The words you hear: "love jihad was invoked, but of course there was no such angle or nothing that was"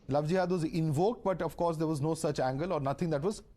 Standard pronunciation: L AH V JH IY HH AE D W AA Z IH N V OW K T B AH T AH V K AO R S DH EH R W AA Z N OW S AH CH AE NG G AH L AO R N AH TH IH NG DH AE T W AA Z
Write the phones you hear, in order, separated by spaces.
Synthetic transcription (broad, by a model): L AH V JH IY HH AE D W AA Z IH N V OW K T B AH T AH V K AO R S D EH R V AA Z N OW S AH CH AE NG G AH L AO R N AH T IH NG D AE T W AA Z